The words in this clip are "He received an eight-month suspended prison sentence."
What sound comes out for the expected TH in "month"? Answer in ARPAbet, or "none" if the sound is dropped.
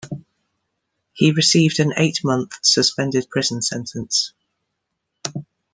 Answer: TH